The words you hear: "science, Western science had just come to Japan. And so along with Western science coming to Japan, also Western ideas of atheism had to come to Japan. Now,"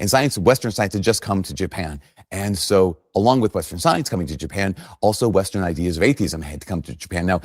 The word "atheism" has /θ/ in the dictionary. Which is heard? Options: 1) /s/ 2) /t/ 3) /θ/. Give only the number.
3